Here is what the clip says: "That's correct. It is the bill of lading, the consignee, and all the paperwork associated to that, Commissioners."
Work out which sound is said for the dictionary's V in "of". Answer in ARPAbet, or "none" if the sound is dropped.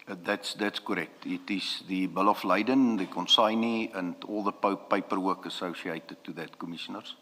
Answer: F